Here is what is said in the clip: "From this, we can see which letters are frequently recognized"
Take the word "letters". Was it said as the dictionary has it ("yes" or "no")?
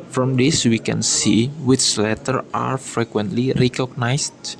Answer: no